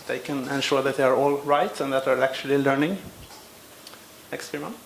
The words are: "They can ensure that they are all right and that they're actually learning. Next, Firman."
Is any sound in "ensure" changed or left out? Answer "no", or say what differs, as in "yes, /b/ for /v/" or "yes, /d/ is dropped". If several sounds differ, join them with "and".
no